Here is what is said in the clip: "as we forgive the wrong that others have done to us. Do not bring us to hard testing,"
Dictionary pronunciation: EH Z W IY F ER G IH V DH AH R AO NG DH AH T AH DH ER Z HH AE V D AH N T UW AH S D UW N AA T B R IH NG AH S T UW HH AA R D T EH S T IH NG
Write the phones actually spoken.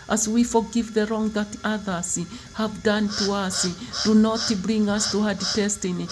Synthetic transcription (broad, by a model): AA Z W IY F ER G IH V DH AH R AO NG DH AH T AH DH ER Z HH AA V D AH N T UW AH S D UW N AA T B R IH NG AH S T UW HH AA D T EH S T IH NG